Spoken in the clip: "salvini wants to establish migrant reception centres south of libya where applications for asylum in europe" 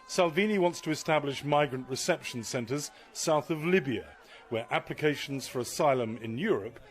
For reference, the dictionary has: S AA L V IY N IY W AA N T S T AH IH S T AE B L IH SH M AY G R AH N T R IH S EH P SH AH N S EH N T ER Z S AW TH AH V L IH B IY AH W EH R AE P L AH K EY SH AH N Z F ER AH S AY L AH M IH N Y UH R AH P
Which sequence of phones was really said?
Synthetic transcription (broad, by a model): S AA L V IY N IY W AA N T S T AH IH S T AE B L IH SH M AY G R AH N T R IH S EH P SH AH N S EH N T ER Z S AW TH AH V L IH B IY AH W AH R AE P L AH K EY SH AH N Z F ER AH S AY L AH M IH N Y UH R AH P